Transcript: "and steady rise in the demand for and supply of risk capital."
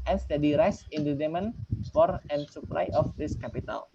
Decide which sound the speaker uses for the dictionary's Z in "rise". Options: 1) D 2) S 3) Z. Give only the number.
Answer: 2